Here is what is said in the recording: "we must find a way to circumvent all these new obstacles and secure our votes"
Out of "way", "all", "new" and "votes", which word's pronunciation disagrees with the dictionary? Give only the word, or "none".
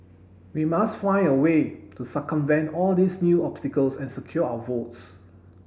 none